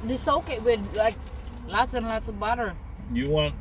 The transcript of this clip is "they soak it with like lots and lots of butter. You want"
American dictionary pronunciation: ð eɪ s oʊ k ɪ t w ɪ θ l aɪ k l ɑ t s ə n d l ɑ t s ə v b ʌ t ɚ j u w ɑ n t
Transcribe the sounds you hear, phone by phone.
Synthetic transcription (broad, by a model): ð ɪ s oʊ k ɪ t w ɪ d l aɪ k l ɑ t s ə n l ɑ t s ə v b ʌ t ɚ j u w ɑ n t